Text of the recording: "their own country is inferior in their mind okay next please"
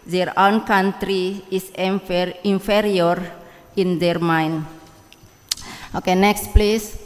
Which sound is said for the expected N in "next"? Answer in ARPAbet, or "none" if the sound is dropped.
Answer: N